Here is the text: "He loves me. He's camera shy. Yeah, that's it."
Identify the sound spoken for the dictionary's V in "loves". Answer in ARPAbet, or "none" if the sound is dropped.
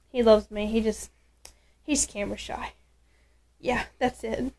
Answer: V